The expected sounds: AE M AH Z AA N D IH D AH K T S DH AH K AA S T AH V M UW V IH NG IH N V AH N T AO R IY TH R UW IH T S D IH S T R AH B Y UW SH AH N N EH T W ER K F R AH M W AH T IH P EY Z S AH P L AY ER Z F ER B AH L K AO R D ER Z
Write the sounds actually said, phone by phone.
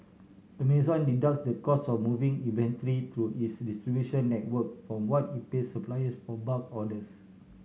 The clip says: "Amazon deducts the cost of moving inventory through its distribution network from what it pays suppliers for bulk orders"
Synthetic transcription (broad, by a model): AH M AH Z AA N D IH D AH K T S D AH K AA S AH F M UW V IH NG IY V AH N T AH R IY T R UW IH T S D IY S T R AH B Y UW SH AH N N EH T W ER K F R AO M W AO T IH P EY S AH P L AY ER S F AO B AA K AO D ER S